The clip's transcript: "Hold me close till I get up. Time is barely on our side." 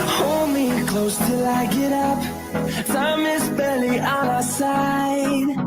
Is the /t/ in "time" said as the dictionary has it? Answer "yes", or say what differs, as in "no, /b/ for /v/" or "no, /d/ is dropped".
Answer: no, /s/ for /t/